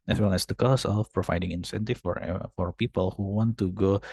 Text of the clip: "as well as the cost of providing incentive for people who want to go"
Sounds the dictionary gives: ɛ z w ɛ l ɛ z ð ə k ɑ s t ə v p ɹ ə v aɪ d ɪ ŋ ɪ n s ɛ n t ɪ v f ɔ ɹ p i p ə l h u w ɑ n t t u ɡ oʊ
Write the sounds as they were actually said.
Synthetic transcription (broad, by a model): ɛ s w ɛ l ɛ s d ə k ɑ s ə f p ɹ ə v aɪ d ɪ ŋ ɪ n s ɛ n t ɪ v f ɔ ɹ p i p ə l h u w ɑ n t t u ɡ oʊ